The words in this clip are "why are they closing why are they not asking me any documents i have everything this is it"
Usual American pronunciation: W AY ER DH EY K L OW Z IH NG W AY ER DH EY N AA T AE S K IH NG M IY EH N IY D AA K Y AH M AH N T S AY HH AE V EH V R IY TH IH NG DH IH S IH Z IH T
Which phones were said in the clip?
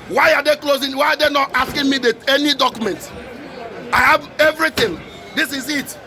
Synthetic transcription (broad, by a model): W AY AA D EY K L OW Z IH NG W AY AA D EY N AA T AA S K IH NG M IY EH N IY D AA K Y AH M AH N T AY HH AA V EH V R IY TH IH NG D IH S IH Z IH T